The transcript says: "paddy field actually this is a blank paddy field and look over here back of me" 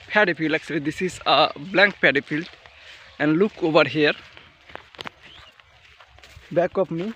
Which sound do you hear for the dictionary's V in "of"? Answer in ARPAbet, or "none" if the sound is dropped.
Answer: P